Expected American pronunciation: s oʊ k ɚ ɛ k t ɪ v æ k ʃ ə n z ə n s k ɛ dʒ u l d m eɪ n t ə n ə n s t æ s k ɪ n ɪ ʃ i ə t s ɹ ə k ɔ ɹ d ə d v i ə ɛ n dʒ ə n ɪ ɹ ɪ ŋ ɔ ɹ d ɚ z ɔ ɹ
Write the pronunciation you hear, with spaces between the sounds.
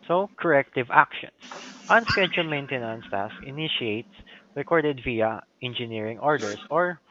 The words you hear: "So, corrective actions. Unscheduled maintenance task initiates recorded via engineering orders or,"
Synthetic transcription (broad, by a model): s oʊ k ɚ ɛ k t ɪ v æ k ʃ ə n s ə n s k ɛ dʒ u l m eɪ n t ə n ə n s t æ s ɪ n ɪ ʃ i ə t s ɹ ə k ɔ ɹ d ə d v i ə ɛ n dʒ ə n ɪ ɹ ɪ ŋ ɔ ɹ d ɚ s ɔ ɹ